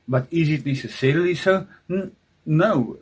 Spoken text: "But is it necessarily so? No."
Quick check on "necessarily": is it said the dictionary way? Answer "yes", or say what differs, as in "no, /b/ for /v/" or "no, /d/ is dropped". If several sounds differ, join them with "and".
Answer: no, /l/ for /n/